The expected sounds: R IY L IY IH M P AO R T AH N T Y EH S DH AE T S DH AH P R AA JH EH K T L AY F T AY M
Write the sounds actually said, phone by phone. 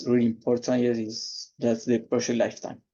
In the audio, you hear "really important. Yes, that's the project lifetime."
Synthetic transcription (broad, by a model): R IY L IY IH M P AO R T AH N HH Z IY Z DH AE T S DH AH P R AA SH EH T L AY F T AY M